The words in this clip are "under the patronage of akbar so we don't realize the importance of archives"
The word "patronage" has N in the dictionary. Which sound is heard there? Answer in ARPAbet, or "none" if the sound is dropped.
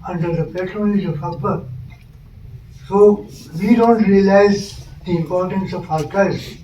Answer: L